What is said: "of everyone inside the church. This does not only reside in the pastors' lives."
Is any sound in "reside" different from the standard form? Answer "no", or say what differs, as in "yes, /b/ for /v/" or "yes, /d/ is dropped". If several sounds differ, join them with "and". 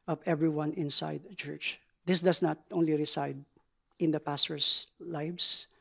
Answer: yes, /s/ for /z/